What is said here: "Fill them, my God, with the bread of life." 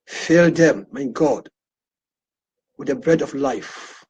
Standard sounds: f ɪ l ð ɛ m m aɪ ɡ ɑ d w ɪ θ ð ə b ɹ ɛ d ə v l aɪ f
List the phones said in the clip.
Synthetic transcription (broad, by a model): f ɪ l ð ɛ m m aɪ ɡ ɑ d w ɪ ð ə b ɹ ɛ d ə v l aɪ f